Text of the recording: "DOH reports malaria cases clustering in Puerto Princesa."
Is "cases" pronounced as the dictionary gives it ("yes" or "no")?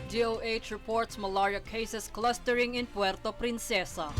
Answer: no